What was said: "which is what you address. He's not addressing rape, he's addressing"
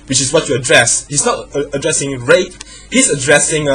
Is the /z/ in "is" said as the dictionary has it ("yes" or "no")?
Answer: no